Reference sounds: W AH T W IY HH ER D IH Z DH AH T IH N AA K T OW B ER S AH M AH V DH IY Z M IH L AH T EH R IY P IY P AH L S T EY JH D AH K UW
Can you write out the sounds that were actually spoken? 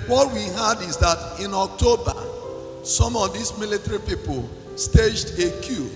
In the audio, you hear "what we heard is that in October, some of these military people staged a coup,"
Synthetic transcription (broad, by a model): W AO T W IY HH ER D IH Z DH AH T IH N AA K T OW B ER S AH M AH V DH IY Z M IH L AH T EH R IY P IY P AH L S T EY JH D AH K UW